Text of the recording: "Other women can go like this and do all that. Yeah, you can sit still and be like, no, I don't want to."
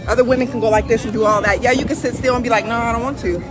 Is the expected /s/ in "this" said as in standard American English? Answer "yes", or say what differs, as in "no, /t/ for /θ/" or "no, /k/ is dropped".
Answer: no, /ʃ/ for /s/